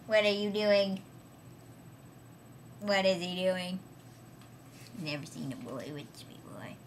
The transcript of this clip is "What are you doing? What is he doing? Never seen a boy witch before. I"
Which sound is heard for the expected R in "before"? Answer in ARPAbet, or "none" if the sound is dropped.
L